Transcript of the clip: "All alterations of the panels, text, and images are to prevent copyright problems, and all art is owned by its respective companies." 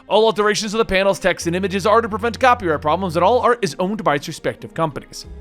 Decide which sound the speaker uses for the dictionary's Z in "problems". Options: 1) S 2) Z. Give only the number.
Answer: 2